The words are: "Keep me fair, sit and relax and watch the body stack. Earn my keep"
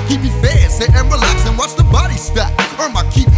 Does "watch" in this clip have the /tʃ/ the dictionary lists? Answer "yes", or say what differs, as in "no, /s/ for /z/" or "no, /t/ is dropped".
no, /s/ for /tʃ/